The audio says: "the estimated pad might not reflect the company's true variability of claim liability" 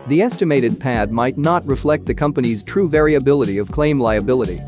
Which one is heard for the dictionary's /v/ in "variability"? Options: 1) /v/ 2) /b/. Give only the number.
1